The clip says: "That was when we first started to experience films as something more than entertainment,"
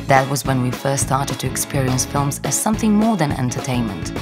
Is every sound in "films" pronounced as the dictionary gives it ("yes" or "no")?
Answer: yes